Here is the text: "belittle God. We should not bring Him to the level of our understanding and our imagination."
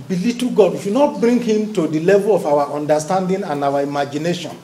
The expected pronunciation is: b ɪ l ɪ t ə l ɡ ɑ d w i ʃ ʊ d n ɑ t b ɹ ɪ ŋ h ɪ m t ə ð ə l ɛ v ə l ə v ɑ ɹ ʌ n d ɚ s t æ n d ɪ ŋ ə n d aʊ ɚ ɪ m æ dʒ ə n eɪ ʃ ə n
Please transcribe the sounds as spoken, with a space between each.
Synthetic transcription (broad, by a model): b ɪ l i t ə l ɡ ɑ d w i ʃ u n ɑ t b ɹ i ŋ h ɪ m t ə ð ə l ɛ v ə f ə w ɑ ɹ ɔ n d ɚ s t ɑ n d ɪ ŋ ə n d aʊ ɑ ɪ m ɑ dʒ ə n eɪ ʃ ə n